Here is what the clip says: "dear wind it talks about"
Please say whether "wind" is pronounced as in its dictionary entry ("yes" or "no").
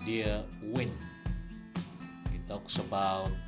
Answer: no